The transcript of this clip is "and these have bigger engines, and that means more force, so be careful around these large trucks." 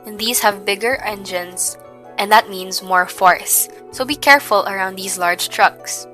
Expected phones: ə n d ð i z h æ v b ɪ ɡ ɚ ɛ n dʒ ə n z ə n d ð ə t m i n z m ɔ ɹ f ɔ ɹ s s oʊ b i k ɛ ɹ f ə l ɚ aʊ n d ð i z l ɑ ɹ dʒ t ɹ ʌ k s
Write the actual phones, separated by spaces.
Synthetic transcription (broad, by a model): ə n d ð i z h æ v b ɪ ɡ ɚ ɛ n dʒ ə n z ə n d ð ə t m i n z m ɔ ɹ f ɔ ɹ s s oʊ b i k ɛ ɹ f ə l ɚ aʊ n d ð i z l ɑ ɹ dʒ t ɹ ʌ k s